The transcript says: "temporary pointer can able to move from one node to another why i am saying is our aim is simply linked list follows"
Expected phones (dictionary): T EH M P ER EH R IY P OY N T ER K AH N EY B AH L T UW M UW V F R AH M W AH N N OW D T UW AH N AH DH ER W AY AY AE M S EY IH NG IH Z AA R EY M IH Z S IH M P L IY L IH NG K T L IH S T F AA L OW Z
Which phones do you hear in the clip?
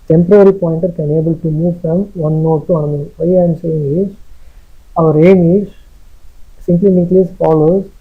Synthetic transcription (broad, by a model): T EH M P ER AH R IY P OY N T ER K AH N EY B AH L T UW M UW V F R AH M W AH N N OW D T UW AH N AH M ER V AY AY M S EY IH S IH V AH R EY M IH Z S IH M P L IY N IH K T L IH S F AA L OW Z